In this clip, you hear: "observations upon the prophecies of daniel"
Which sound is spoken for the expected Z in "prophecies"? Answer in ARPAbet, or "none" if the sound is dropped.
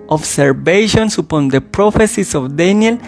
S